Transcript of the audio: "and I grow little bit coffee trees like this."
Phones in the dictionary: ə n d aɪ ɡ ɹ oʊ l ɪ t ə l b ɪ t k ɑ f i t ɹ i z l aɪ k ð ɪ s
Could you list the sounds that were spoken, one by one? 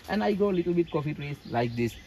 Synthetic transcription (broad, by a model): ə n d aɪ ɡ oʊ l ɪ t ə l b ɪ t k ɑ f i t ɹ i s l aɪ k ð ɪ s